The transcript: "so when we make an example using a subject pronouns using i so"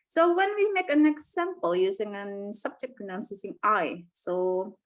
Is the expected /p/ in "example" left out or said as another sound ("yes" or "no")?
no